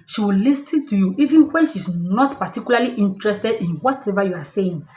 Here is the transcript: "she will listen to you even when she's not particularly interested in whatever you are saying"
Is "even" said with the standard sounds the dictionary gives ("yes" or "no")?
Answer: yes